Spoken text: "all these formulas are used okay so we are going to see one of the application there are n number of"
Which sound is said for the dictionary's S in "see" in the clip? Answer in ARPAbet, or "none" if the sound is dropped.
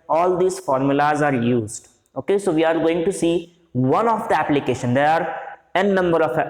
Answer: S